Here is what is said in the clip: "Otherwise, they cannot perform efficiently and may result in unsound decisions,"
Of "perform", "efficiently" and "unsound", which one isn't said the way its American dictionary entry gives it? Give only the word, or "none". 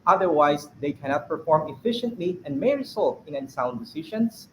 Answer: efficiently